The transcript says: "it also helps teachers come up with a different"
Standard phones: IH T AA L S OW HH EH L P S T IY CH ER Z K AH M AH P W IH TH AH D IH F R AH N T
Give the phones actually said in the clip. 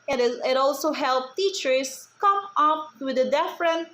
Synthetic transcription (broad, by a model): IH T AA L S OW HH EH L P T IY CH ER S K AH M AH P W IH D AH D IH F R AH N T